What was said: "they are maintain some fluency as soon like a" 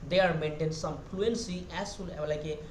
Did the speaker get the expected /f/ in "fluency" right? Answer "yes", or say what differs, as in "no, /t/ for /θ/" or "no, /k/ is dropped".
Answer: no, /p/ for /f/